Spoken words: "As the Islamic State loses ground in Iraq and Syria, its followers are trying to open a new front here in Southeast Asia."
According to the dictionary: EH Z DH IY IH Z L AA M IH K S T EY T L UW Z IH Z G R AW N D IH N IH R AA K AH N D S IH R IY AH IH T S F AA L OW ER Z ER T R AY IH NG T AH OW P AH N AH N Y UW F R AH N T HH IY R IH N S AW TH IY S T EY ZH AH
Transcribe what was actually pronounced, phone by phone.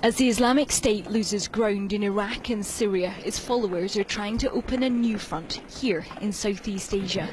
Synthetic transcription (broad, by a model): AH Z DH IY IH Z L AA M IH K S T EY T L UW Z IH Z G R AW N D IH N IH R AA K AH N S IH R IY AH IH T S F AA L OW ER Z ER T R AY IH NG T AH OW P AH N AH N Y UW F R AH N T HH IY R IH N S AW TH IY S T EY ZH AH